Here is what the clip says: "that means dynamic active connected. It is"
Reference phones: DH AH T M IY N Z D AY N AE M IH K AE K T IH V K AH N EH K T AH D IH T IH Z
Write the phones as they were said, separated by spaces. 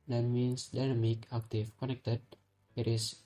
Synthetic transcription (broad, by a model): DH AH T M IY N S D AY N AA M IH K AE K T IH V K AH N EH K T AH D IH T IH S